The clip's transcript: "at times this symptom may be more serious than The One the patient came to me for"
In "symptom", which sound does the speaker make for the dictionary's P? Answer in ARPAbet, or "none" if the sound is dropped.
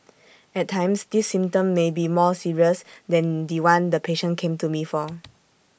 none